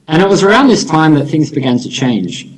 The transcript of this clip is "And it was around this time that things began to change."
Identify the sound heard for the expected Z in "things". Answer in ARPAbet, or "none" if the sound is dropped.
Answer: Z